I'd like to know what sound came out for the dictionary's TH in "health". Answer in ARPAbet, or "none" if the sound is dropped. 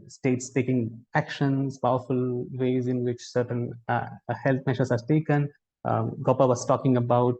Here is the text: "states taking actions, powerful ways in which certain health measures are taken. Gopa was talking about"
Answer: T